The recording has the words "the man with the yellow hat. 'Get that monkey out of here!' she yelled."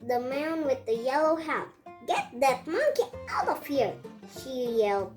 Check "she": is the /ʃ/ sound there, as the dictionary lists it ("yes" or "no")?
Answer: yes